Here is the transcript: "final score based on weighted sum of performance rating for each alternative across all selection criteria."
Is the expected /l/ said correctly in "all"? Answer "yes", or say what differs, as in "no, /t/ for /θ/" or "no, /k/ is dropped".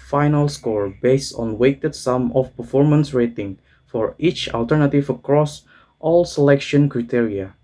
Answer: yes